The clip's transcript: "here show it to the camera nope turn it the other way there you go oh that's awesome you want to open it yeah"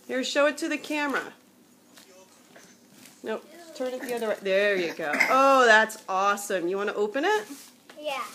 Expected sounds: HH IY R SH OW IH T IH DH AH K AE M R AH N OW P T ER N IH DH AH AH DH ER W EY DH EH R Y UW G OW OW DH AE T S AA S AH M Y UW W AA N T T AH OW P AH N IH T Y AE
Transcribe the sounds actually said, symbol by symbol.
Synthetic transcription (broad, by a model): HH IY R SH OW IH T IH DH AH K AE M R AH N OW T ER N IH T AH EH DH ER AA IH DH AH R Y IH G OW OW DH AE T S AA S AH M Y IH W AA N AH T AH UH P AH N IH T Y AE